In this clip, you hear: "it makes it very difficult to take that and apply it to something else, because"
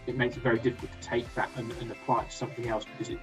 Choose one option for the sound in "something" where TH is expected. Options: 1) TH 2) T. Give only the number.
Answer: 1